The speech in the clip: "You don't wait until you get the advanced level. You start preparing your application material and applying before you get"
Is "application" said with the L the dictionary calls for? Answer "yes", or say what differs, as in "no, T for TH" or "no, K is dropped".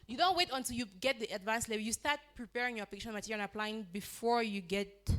no, L is dropped